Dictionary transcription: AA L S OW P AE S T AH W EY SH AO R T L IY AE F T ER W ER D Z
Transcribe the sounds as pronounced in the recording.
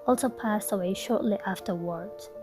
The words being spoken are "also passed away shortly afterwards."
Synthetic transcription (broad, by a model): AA L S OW P AE S T AH W EY SH AO R T L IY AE F T ER W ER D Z